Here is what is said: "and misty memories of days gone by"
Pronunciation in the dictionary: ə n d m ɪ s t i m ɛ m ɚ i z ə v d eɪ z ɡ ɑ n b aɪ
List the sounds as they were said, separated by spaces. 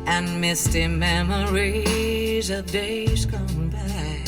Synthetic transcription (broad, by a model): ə n m ɪ s t i m ɛ m ɚ i z ə v d eɪ z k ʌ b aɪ